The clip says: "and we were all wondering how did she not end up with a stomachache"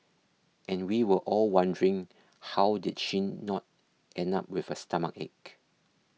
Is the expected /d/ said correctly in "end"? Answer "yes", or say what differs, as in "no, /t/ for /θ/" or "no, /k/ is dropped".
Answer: no, /d/ is dropped